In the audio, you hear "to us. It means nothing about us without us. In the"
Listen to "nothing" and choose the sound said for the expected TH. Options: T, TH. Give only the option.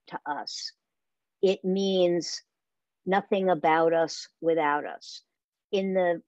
TH